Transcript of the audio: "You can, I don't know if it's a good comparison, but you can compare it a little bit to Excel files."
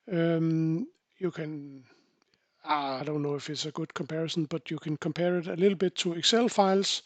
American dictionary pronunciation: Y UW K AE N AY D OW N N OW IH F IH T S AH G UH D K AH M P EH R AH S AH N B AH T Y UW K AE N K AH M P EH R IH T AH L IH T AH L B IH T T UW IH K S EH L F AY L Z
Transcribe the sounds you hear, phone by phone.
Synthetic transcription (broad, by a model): Y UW K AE N AY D OW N N OW IH F IH T S AH G UH D K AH M P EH R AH S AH N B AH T Y UW K AE N K AH M P EH R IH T AH L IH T L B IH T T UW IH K S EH L F AY L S